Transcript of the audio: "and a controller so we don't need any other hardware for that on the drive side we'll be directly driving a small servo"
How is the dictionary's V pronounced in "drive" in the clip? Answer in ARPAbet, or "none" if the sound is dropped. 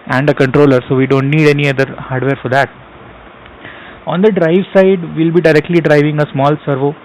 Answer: V